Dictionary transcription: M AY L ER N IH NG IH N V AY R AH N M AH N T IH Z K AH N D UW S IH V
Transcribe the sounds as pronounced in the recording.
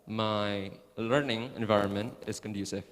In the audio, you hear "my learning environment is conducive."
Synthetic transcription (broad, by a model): M AY L ER N IH NG IH N V AY R AH N M AH N T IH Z K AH N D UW S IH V